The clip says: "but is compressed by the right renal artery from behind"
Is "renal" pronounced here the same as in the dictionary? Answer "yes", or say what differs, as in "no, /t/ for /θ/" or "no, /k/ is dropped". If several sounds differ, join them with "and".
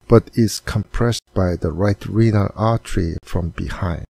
yes